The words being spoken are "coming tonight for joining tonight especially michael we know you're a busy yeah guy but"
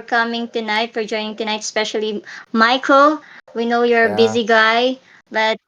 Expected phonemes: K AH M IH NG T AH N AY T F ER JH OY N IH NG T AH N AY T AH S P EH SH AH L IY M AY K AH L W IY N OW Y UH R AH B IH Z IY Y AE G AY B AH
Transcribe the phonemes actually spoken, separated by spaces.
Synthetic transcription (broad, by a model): K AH M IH NG T AH N AY T F ER JH OY N IH NG T AH N AY T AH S P EH SH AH L IY M AY K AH L W IY N OW Y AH R AH B IH Z IY G AY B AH